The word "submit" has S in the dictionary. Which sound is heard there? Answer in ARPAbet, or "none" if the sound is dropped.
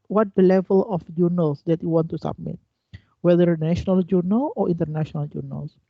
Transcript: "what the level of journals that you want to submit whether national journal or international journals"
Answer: S